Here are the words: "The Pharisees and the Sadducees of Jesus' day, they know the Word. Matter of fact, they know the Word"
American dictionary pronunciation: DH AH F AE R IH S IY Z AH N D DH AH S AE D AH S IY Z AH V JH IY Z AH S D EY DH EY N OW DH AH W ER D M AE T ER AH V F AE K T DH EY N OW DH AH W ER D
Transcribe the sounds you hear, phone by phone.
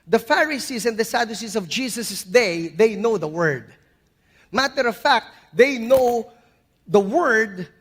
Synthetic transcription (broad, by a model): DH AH F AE R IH S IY S AH N D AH S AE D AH S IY S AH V JH IY S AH S D EY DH EY N OW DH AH W ER D M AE T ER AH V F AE K T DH EY N OW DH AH W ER D